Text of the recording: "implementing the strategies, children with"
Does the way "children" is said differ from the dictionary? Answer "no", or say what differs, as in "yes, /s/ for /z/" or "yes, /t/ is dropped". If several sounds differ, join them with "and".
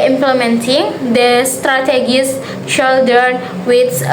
yes, /ɹ/ is dropped